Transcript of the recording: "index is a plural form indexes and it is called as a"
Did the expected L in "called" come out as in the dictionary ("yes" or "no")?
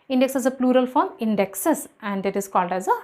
yes